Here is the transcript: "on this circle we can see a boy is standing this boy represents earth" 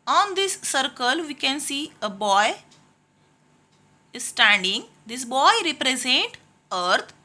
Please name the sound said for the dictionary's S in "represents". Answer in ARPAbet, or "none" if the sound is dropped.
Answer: none